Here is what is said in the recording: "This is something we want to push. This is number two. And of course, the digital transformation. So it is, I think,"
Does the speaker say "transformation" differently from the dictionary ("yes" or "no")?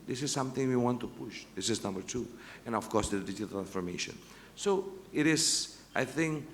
yes